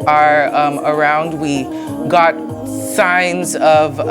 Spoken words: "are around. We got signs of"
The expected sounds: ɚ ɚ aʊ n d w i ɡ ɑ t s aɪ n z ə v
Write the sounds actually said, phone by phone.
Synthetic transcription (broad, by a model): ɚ ɚ aʊ n d w i ɡ ɑ t s aɪ n z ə v